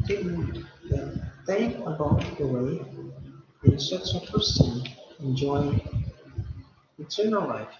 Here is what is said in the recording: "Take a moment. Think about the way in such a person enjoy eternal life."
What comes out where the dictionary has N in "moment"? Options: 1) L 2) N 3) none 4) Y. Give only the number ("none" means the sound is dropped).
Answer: 3